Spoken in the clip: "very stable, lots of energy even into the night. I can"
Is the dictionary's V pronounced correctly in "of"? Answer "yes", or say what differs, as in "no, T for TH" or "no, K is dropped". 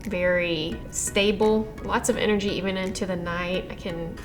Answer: yes